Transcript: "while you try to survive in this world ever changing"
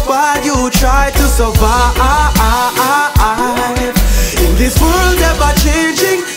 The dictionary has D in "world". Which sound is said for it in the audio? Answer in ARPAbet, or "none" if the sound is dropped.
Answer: D